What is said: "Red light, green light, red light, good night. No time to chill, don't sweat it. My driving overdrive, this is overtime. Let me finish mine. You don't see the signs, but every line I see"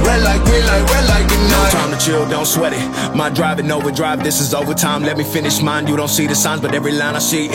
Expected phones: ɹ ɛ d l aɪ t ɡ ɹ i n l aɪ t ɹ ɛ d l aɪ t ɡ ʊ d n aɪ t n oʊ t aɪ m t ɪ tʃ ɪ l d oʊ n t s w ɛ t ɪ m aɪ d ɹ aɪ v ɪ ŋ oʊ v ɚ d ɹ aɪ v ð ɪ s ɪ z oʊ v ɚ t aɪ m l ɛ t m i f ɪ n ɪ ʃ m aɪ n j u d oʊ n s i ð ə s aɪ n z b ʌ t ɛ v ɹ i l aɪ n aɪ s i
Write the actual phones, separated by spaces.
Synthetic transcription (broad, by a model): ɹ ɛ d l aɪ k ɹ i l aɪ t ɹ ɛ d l aɪ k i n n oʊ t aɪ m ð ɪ tʃ ɪ l d oʊ n t s w ɛ t ɪ m aɪ d ɹ aɪ v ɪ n oʊ v ɚ d ɹ aɪ v ð ɪ s ɪ z oʊ v ɚ t aɪ m l ɛ t m i f ɪ n ɪ ʃ m aɪ n j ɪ d oʊ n s i ð ə s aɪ n z b ʌ t ɛ v ɹ i l aɪ n aɪ s i